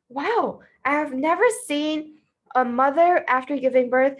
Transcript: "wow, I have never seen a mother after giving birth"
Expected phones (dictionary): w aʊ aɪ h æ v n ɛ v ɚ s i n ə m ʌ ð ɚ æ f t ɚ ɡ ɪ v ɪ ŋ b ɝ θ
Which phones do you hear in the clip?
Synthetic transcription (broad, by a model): w aʊ aɪ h v n ɛ v ɚ s i n ə m ʌ ð ɚ æ f t ɚ ɡ ɪ v ɪ ŋ b ɝ θ